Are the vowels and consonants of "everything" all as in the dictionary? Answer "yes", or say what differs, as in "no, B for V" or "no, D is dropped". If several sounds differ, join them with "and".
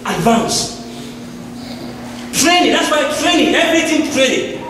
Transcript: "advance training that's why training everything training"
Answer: no, T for TH